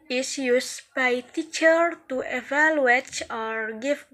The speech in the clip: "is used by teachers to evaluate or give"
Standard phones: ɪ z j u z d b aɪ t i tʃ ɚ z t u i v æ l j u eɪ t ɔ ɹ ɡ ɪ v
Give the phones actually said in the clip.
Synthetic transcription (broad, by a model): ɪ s j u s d b aɪ t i tʃ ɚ t u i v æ l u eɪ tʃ ɔ ɹ ɡ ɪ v